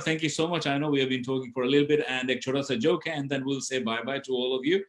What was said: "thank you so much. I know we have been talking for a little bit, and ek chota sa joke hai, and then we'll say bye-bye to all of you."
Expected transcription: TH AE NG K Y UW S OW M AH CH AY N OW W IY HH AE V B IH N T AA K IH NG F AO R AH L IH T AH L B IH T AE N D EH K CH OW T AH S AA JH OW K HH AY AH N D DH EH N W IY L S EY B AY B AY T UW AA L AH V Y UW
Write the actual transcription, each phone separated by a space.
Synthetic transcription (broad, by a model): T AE NG K Y UW S OW M AH CH AY N OW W IY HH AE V B IH N T AA K IH NG F AO R AH L IH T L B IH T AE N D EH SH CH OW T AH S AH JH OW K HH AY AH N D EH N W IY L S EY B AY B AY T UW AA L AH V Y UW